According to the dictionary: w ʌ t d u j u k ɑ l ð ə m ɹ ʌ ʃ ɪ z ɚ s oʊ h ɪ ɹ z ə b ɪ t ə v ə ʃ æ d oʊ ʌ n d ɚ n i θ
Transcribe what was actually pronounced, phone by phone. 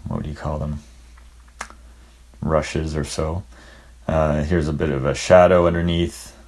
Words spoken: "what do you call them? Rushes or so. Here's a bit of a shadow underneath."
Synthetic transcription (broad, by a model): w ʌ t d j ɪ k ɑ l ð ə m ɹ ʌ ʃ ɪ z ɚ s oʊ h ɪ ɹ z ə b ɪ t ə v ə ʃ æ d oʊ ʌ n d ɚ n i θ